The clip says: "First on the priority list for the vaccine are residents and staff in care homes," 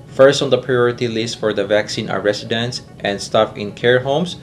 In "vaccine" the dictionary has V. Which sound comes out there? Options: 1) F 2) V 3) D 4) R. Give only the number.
2